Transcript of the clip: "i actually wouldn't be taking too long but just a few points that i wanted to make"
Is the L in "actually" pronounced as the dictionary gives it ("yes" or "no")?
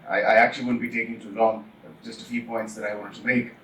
no